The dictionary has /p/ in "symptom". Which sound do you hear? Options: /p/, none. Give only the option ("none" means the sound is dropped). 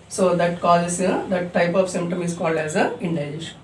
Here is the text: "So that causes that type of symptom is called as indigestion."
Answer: /p/